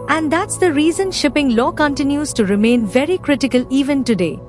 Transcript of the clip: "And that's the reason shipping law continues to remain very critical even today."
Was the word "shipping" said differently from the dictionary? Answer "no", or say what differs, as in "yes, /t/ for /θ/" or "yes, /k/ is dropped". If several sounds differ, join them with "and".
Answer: no